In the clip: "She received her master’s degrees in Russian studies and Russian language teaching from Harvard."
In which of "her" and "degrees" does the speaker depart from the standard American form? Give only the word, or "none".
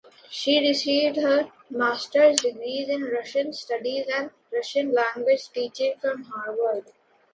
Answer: none